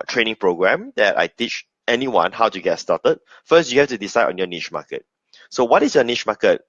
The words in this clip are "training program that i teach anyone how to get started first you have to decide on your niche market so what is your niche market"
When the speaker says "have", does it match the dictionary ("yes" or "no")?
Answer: no